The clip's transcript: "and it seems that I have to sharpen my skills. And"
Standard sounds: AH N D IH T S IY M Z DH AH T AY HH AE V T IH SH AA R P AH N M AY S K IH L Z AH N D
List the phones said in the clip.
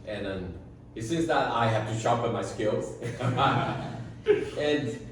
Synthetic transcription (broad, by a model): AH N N IH T S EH Z DH AH T AY HH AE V T IH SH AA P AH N M AY S K IH L Z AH N